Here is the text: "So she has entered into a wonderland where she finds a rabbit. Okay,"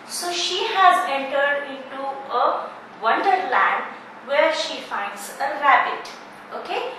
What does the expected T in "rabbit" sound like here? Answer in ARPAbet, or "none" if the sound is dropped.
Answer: T